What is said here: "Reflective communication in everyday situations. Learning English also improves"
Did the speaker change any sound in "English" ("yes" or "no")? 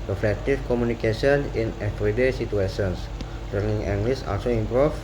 yes